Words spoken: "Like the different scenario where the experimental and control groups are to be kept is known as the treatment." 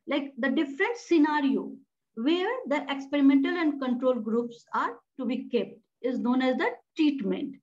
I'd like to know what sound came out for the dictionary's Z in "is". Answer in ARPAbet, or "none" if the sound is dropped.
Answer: Z